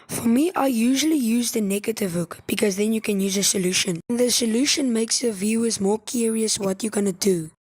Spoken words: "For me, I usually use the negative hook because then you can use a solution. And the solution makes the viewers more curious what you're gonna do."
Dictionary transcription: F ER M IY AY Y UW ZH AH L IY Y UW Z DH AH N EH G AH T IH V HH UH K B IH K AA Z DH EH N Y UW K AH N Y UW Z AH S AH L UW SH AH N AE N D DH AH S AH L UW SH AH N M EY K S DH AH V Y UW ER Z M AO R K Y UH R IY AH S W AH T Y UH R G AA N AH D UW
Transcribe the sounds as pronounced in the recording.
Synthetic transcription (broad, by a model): F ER M IY AY Y UW ZH AH L IY Y UW Z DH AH N EH G AH T IH V HH UH K B IH K AA Z DH EH N Y UW K AH N Y UW Z AH S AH L UW SH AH N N DH AH S AH L UW SH AH N M EY K S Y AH V Y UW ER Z M AO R K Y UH R IY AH S W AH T Y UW G AA N AH D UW